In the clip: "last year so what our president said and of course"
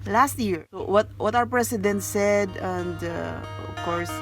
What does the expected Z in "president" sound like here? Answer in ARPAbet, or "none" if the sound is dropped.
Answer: S